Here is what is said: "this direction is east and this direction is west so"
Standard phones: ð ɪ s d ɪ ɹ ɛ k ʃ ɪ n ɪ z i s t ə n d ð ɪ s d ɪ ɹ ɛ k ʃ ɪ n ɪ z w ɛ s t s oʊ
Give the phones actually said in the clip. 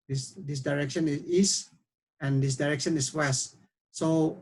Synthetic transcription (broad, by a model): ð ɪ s d ɪ ɹ ɛ k ʃ ɪ n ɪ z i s ə n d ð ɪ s d ɪ ɹ ɛ k ʃ ɪ n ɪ s w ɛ s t s oʊ